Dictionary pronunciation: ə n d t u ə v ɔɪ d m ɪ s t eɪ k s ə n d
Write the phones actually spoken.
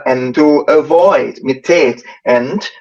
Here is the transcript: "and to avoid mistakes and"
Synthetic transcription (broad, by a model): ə n t u ə v ɔɪ d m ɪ t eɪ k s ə n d